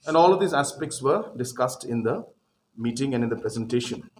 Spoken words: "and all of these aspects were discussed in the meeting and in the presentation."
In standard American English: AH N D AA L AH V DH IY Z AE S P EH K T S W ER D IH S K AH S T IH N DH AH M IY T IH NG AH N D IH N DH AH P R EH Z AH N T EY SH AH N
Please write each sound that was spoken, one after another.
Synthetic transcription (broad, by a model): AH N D AA L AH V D IY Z AE S P EH K T S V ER D IH S K AH S T IH N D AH M IY T IH NG AH N D IH N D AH P R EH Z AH N T EY SH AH N